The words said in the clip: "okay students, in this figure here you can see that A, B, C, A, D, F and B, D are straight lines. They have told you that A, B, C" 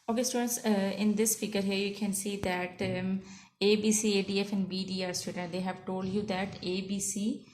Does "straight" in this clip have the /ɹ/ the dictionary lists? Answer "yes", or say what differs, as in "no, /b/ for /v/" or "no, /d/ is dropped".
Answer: no, /ɹ/ is dropped